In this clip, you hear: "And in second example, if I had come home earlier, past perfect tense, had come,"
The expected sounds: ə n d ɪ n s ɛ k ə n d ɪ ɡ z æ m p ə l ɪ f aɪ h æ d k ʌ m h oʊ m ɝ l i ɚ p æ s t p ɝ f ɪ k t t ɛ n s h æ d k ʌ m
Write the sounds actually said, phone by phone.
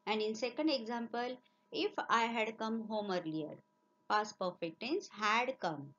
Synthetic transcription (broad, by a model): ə n d ɪ n s ɛ k ə n d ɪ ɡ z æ m p ə l ɪ f aɪ h æ d k ʌ m h oʊ m ɝ l i ɚ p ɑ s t p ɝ f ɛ k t t ɛ n s h æ d k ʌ m